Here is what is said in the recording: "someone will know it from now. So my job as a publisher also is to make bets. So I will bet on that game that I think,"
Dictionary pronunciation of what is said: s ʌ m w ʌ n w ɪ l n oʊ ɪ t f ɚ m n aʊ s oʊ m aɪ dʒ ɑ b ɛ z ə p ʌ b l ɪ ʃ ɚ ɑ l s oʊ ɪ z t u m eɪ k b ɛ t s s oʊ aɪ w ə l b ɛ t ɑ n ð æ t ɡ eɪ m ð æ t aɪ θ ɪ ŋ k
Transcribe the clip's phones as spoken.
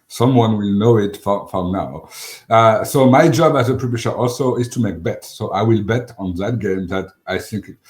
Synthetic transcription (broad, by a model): s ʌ m w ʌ n w ɪ l n oʊ ɪ t f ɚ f n aʊ s oʊ m aɪ dʒ ɑ b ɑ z ə p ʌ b ɪ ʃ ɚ ɑ l s oʊ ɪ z t u m eɪ k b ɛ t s s oʊ aɪ w ə l b ɛ t ɑ n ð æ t ɡ eɪ m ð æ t aɪ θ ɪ ŋ k